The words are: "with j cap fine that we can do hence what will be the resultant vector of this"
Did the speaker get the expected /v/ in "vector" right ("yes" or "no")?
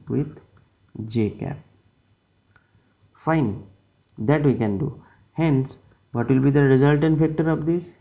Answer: no